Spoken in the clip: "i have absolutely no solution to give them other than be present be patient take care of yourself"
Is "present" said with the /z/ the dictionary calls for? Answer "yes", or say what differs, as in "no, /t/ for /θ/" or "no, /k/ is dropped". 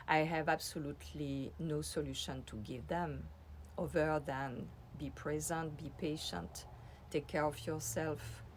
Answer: yes